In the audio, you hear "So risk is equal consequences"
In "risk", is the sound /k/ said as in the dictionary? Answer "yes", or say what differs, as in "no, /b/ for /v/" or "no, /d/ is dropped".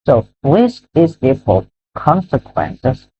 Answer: no, /k/ is dropped